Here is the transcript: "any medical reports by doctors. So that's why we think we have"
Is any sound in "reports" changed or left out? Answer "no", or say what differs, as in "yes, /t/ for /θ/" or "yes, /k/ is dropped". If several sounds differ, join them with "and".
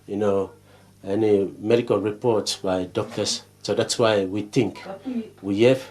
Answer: no